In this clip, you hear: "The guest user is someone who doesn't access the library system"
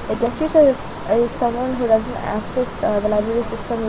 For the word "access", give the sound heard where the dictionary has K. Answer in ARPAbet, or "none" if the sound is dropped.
K